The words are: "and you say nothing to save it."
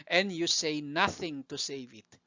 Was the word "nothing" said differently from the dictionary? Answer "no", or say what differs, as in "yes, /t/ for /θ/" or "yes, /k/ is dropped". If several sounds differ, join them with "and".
no